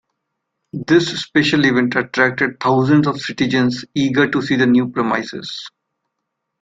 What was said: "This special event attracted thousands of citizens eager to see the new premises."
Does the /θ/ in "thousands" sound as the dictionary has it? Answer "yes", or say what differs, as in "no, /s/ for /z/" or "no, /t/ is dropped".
no, /t/ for /θ/